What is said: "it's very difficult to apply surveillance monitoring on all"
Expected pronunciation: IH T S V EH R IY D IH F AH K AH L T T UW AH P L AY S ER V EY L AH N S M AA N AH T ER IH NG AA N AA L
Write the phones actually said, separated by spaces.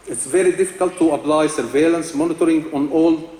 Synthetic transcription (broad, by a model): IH T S V EH R IY D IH F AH K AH L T T UW AH P L AY S ER V EY L AH N S M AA N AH T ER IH NG AA N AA L